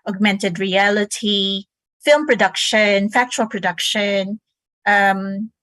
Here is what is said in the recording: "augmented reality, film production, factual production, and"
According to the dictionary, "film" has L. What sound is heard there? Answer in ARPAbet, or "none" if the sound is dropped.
L